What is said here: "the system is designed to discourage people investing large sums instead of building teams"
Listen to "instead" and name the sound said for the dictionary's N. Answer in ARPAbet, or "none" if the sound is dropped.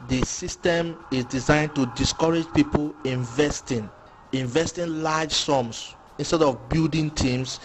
N